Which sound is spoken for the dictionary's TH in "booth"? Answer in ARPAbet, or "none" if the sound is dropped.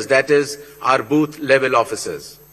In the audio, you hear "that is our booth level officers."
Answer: T